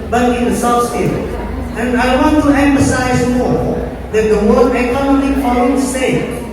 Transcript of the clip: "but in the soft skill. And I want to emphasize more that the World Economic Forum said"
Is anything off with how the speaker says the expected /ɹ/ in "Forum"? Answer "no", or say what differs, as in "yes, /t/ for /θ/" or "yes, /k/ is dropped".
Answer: yes, /l/ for /ɹ/